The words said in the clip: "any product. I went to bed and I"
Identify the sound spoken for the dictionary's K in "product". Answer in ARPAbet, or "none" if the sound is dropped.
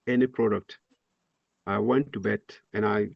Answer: K